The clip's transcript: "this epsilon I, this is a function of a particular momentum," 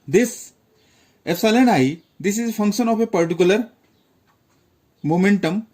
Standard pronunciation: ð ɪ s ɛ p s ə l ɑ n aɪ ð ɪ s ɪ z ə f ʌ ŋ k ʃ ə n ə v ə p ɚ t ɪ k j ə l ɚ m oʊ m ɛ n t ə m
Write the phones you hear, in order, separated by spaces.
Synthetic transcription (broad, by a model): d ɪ s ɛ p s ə l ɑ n aɪ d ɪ s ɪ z ə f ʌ ŋ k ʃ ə n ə p ə p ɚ t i k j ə l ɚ m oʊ m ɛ n t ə m